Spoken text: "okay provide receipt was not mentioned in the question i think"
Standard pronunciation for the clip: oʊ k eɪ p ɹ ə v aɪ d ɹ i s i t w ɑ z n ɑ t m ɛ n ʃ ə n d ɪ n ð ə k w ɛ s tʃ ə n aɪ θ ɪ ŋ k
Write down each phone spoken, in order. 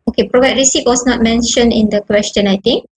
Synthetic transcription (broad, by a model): oʊ k eɪ p ɹ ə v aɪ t ɹ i s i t w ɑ s n ɑ t m ɛ n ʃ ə n ɪ n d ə k w ɛ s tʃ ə n aɪ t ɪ ŋ k